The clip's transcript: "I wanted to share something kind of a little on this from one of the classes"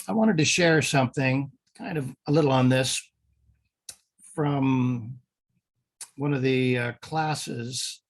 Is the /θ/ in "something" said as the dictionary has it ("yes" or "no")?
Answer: yes